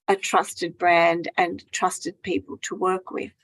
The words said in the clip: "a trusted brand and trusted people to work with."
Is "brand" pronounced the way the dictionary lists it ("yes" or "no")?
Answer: yes